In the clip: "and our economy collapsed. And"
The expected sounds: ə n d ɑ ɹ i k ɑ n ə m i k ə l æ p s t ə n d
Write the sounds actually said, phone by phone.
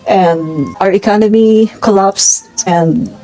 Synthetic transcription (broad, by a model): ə n ɑ ɹ i k ɑ n ə m i k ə l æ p s ə n